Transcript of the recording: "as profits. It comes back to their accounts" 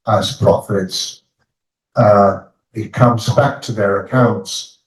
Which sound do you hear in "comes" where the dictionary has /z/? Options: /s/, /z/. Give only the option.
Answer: /z/